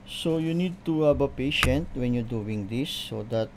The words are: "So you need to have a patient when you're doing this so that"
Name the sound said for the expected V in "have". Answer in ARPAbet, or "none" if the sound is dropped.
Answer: B